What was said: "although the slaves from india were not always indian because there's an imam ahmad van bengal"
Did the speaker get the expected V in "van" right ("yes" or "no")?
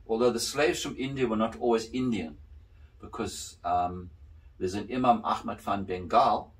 no